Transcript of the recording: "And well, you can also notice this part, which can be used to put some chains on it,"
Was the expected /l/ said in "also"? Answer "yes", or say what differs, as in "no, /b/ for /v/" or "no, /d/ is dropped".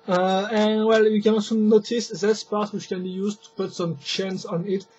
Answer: no, /l/ is dropped